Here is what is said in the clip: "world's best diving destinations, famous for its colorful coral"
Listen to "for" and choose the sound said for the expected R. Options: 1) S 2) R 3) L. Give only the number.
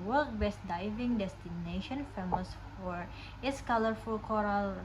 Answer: 2